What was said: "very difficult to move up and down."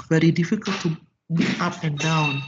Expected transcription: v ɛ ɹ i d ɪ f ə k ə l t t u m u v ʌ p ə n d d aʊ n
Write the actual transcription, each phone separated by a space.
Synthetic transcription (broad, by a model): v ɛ ɹ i d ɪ f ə k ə l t t u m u ʌ p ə n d d aʊ n